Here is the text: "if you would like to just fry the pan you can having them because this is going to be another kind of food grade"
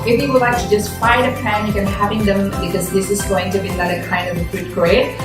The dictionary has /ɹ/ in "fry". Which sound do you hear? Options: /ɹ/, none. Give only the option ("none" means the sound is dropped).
none